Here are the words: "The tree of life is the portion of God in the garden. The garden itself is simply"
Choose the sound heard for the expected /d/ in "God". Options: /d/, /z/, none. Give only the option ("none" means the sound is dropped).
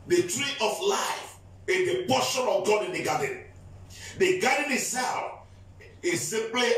/d/